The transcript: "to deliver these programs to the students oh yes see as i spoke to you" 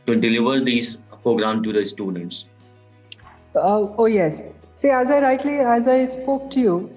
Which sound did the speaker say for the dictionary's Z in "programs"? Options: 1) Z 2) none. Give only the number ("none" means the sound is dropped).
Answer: 2